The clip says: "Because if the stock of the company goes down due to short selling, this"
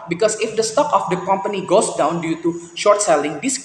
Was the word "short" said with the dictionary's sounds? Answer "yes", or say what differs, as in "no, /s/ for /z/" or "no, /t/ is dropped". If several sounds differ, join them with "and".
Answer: yes